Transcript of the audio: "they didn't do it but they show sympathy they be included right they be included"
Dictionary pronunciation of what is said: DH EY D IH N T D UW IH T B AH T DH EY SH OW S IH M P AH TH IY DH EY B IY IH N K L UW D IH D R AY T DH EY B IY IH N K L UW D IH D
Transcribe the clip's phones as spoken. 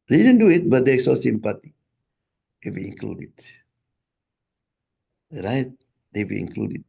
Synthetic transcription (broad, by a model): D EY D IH N D UW IH T B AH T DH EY S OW S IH M P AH T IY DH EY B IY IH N K L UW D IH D R AY T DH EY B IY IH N K L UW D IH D